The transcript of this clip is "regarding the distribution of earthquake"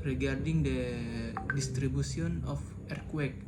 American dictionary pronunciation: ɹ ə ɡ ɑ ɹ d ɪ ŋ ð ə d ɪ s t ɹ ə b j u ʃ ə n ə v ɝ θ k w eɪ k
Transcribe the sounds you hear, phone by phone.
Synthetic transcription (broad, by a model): ɹ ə ɡ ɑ ɹ d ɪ ŋ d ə d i s t ɹ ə b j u s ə n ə f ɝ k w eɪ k